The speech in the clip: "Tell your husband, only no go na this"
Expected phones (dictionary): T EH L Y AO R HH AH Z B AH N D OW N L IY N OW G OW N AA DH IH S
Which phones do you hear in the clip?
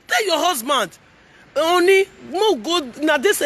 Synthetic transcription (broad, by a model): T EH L Y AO HH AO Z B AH N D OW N IY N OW G OW N AA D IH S